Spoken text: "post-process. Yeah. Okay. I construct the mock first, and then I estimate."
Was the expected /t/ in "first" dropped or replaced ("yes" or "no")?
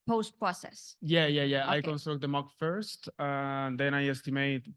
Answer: no